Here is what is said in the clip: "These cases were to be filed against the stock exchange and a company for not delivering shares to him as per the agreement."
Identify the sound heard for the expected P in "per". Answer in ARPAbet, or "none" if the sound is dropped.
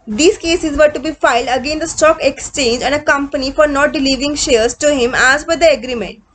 B